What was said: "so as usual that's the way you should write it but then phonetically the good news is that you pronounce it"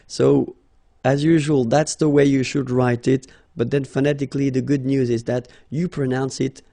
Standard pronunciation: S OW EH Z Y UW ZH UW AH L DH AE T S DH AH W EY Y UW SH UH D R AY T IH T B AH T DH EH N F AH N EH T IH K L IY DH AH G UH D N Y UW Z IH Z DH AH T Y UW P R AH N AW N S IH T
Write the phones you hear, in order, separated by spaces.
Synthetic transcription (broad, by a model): S OW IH Z Y UW ZH UW AH L DH AE T S DH AH W EY Y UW SH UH D R AY T IH T B AH T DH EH N F AH N EH T IH K L IY DH AH G UH D N Y UW Z IH Z DH AH T Y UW P R AH N AW N S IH T